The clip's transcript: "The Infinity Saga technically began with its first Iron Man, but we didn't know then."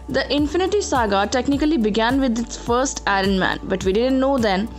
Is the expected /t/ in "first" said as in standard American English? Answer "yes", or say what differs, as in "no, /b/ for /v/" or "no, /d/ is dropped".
yes